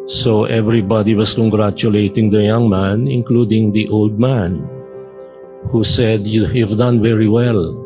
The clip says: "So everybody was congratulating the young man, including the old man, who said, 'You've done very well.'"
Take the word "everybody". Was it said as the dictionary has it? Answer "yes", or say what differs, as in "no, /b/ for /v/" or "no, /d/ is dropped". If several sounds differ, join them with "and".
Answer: yes